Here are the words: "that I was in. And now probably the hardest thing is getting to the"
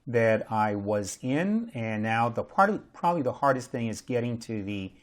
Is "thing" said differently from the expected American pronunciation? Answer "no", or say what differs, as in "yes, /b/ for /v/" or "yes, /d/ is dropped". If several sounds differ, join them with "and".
no